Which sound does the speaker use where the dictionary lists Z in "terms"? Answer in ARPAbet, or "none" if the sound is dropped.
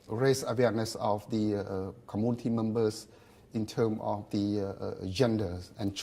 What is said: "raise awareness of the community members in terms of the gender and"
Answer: none